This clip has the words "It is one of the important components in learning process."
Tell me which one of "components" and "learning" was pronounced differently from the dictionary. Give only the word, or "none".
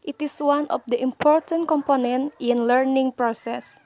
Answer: components